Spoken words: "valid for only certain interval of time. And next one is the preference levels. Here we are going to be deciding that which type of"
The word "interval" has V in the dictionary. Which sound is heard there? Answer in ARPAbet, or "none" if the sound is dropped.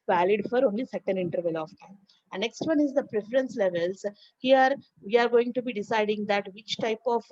V